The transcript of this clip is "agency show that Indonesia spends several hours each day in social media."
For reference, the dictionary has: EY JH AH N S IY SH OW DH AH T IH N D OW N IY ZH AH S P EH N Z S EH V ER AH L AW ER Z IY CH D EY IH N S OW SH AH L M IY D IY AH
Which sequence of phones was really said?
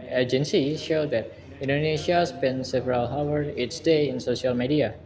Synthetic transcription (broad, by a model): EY JH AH N S IY SH OW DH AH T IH N D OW N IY SH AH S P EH N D S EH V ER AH L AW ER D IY S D EY IH N S OW SH AH L M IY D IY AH